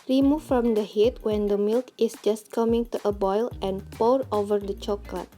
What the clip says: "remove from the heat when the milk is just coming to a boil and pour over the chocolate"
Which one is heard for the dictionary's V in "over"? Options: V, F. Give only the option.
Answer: V